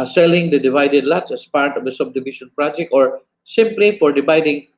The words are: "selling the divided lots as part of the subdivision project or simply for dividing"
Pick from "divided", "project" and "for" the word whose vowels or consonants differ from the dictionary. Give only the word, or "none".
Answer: project